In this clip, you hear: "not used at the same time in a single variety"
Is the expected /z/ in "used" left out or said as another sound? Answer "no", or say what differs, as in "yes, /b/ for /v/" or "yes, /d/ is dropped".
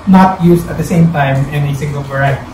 yes, /s/ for /z/